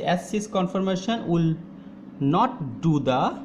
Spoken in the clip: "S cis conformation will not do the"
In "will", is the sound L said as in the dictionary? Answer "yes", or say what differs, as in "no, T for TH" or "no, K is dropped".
yes